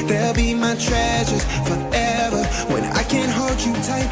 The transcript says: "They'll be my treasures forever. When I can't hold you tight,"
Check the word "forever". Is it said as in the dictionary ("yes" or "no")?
yes